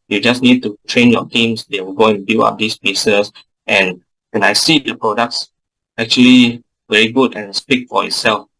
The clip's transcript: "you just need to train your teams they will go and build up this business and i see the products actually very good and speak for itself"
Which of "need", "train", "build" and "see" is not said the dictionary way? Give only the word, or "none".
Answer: build